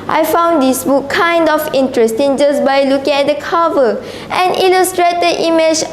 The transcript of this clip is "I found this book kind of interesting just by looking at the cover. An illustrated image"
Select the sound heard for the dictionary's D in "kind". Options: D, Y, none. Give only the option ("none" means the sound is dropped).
D